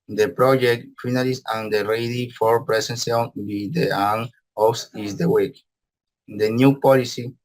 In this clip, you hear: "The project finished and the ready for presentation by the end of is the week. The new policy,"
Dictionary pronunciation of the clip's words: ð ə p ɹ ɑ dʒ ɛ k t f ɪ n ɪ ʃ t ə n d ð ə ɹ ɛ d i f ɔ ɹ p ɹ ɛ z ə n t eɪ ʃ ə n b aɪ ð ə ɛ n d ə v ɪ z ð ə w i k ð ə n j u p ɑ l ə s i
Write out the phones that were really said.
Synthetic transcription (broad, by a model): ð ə p ɹ ɑ dʒ ɛ k t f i n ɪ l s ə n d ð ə ɹ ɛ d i f ɔ ɹ p ɹ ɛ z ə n s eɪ ə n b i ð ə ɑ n ə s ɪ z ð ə w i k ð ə n j u p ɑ l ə s i